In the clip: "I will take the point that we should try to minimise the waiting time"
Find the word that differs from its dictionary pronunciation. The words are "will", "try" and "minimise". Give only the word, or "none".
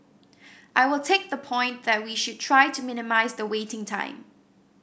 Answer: none